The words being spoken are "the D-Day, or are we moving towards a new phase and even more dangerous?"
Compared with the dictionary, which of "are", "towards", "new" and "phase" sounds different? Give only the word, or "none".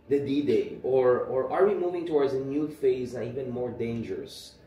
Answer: none